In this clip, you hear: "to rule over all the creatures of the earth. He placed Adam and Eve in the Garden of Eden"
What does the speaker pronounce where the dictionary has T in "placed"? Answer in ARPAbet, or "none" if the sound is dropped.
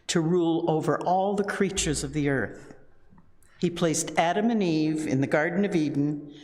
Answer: T